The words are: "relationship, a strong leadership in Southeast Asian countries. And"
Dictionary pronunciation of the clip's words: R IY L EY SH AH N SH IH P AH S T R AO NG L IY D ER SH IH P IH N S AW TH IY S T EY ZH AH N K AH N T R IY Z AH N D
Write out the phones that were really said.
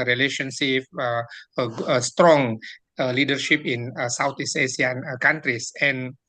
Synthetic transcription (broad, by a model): R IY L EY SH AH N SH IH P AH S T R AO NG L IY D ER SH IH P IH N S AW T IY S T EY S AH N K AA N T R IY S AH N